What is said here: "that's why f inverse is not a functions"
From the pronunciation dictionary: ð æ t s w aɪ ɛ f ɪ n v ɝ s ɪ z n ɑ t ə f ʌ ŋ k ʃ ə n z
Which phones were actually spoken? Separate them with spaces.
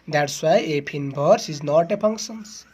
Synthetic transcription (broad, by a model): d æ t s w aɪ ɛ p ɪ n b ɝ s ɪ z n ɑ t ə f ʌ ŋ k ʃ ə n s